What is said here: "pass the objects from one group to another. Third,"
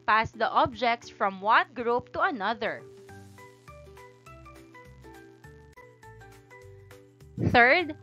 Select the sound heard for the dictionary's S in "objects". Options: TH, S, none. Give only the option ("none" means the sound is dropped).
S